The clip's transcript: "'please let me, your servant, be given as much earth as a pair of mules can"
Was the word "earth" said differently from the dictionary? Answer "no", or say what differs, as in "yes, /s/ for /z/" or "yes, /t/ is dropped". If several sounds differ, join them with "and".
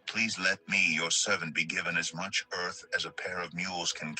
no